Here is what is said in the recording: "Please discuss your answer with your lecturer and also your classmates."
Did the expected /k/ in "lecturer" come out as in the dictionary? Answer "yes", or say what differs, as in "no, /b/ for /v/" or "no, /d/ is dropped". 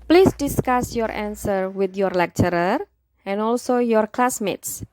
yes